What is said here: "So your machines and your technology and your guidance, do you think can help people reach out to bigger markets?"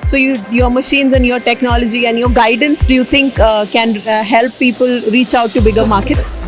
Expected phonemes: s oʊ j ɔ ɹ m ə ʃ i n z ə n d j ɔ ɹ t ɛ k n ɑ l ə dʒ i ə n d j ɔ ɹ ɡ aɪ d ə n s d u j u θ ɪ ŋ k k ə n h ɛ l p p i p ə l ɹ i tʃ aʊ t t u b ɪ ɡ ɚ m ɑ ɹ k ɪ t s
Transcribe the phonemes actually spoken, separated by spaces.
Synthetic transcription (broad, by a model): s oʊ j ɔ ɹ m ə ʃ i n z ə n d j ɔ ɹ t ɛ k n ɑ l ə dʒ i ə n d j ɔ ɹ ɡ aɪ d ə n s d u j u t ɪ ŋ k k ə n h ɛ l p p i p ə l ɹ i tʃ aʊ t t u b ɪ ɡ ɚ m ɑ ɹ k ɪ t s